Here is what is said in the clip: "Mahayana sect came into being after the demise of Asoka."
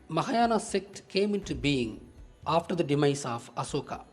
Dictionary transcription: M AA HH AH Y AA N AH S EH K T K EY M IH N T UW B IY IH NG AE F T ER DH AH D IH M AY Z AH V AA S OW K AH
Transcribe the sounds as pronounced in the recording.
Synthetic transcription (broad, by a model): M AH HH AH Y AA N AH S EH K T K EY M IH N T UW B IY IH NG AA F T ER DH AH D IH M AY S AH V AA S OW K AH